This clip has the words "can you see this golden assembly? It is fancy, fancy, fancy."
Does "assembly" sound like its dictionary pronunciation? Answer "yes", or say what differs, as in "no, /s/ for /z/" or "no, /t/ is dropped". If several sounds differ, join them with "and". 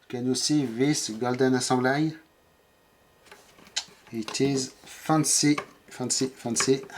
no, /m/ is dropped